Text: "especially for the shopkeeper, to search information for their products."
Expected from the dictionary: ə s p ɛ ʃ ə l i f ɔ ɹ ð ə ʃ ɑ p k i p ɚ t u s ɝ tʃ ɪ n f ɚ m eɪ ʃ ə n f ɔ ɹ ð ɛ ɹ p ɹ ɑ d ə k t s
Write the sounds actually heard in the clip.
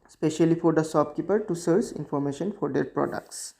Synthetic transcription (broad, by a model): s p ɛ ʃ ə l i f ɔ ɹ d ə s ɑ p k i p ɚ t u s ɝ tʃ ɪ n f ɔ m eɪ ʃ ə n f ɔ ɹ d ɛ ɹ p ɹ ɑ d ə k t s